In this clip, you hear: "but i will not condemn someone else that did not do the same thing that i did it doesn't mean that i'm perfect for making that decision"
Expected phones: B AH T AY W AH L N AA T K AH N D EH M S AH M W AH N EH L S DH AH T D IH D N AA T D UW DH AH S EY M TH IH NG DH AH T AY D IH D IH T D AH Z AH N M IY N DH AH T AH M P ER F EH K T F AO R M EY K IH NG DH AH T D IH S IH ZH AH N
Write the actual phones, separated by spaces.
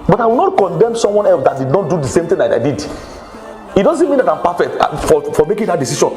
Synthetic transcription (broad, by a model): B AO T AY W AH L N AA T K AH N D EH M S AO M W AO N EH L S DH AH T D IH D N AA T D UW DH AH S EY M T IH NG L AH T AY D IH D IH T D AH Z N M IY N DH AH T AH M P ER F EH K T F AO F M EY K IH NG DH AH T D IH S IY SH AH N